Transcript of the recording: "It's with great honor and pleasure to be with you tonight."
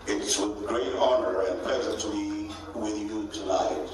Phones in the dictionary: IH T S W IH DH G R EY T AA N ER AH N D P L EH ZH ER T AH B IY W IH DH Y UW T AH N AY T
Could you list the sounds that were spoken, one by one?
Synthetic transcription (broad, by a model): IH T S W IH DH G R EY T AA N ER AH N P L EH Z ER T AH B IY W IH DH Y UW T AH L AY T